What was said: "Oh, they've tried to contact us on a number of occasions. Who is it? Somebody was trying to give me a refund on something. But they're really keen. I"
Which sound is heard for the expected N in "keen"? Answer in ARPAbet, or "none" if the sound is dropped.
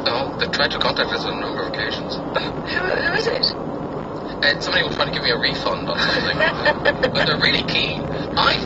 none